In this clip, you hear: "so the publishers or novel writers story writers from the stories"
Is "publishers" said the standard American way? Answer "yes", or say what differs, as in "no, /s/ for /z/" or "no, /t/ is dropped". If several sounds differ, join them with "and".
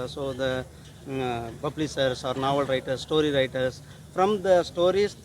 no, /b/ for /p/ and /s/ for /ʃ/ and /s/ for /z/